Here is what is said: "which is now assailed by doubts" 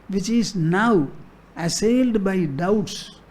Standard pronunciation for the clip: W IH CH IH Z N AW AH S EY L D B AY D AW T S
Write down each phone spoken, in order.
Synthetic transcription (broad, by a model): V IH CH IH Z N AW AH S EY L D B AY D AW T S